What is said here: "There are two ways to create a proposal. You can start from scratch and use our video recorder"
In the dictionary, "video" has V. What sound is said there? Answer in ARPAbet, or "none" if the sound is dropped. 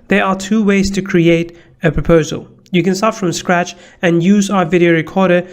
V